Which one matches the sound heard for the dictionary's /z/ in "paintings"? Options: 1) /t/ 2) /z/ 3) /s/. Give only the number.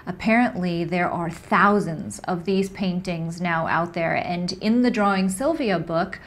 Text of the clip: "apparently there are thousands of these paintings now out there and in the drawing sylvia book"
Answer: 2